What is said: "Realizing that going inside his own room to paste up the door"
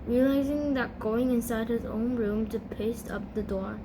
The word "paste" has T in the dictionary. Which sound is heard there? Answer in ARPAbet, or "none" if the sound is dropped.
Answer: T